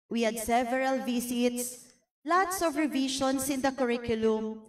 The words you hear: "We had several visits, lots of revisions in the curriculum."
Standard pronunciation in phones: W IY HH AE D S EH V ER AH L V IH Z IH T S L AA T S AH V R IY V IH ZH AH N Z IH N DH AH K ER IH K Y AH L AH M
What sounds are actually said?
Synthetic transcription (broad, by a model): W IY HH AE D S EH V ER AH L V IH S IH T S L AA T S AH V R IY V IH SH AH N S IH N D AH K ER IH K Y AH L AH M